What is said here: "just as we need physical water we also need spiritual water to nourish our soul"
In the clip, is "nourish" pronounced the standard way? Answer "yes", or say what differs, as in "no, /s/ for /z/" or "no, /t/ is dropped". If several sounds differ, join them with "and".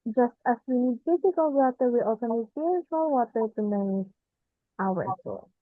no, /ʃ/ is dropped